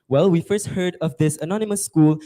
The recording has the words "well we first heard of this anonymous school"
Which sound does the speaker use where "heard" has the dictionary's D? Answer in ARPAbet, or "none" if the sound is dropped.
D